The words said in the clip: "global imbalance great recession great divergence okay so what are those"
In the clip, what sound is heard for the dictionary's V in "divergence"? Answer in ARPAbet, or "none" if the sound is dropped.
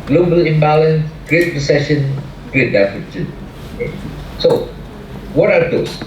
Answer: F